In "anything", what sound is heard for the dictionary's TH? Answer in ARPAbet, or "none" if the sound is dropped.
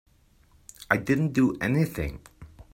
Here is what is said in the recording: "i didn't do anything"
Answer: TH